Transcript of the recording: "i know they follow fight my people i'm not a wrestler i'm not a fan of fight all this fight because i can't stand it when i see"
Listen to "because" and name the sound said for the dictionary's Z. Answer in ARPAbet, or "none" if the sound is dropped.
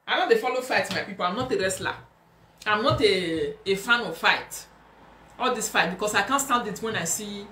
S